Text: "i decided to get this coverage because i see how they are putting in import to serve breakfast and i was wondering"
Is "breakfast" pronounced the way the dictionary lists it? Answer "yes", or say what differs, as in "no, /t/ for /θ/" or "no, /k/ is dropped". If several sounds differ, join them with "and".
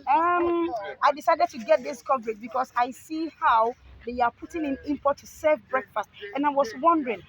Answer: yes